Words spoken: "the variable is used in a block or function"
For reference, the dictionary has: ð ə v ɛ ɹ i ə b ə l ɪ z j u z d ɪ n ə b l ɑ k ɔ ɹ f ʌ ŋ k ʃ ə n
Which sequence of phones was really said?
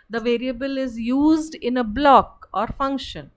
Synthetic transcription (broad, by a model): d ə v ɛ ɹ i ə b ə l ɪ z j u z d ɪ n ə b l ɑ k ɔ ɹ f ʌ ŋ k ʃ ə n